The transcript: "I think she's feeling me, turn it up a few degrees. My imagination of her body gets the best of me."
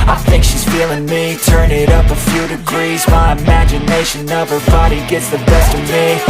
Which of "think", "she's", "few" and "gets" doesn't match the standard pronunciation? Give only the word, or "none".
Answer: none